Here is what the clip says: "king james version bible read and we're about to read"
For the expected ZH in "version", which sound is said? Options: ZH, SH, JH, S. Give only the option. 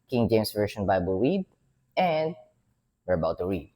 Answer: SH